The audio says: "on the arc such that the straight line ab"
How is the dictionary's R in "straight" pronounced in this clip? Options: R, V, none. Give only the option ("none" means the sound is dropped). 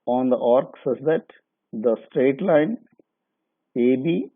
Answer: R